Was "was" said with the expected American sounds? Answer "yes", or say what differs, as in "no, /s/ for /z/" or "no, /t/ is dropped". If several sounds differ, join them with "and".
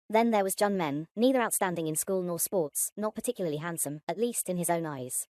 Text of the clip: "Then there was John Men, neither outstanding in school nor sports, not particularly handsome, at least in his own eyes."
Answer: yes